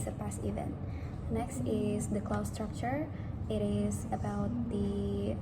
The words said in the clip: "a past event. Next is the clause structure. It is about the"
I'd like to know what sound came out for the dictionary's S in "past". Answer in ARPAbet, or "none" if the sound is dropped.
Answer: S